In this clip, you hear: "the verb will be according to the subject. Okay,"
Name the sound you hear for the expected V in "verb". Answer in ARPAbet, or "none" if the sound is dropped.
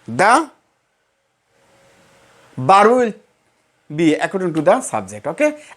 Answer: B